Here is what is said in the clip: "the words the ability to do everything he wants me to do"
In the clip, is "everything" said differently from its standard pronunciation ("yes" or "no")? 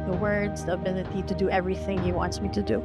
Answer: no